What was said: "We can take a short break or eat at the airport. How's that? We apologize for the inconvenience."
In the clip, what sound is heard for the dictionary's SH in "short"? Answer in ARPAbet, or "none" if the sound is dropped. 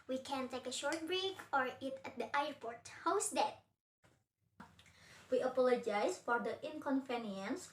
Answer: SH